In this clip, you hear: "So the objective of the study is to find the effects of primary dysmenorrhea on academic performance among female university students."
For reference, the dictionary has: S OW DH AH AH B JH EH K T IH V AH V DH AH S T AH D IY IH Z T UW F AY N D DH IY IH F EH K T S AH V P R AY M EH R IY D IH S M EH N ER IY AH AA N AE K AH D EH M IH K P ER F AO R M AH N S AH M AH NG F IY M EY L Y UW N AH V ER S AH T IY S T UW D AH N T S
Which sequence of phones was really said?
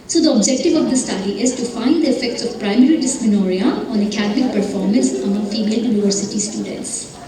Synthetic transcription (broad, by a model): S OW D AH AH B JH EH K T IH V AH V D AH S T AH D IY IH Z T UW F AY N D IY IH F EH K T S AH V P R AY M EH R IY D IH S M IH N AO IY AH AA N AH K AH D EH M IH K P ER F AO R M AH N S AH M AH NG F IY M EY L Y UW N AH V ER S AH T IY S T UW D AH N T S